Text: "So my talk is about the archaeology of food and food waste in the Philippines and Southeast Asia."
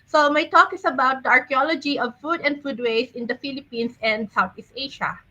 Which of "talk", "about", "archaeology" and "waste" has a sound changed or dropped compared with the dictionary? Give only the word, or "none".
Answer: waste